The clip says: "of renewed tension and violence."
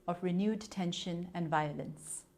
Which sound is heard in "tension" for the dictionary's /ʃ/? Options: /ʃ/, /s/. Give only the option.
/ʃ/